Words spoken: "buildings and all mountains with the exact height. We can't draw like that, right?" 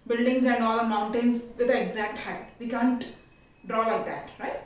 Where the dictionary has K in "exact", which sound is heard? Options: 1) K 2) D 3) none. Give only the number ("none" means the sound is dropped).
1